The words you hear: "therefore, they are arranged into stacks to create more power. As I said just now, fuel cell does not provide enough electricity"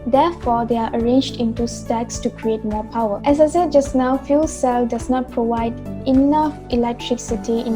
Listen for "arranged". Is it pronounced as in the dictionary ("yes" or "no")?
yes